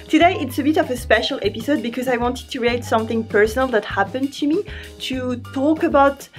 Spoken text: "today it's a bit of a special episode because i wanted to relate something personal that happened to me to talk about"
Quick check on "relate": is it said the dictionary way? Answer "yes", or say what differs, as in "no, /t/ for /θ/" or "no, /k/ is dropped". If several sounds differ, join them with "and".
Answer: no, /l/ is dropped